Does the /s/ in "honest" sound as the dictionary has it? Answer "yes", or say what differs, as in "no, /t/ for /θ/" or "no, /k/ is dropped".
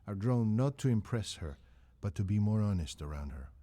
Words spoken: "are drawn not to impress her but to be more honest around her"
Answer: yes